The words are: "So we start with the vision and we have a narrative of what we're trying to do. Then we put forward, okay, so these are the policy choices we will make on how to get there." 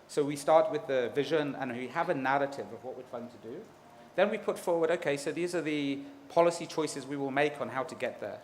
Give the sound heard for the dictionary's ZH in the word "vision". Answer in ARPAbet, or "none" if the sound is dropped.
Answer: ZH